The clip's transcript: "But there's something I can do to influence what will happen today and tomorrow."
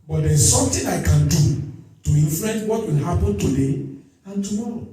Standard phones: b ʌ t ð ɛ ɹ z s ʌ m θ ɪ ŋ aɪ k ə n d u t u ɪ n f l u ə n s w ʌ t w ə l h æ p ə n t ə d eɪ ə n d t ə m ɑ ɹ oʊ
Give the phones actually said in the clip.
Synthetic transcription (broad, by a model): b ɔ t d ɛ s s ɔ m t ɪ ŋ aɪ k ə n d u t u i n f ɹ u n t w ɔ t w ə l h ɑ p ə n t ə d eɪ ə n t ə m ɑ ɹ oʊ